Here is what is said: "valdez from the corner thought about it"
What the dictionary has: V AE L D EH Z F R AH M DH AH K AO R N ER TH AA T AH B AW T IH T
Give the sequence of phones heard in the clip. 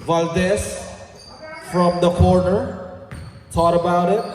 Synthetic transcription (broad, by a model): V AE L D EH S F R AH M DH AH K AO R N ER T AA T AH B AW T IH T